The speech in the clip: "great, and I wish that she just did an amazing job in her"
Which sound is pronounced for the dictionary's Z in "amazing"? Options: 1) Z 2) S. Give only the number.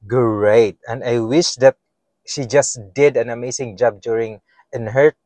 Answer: 2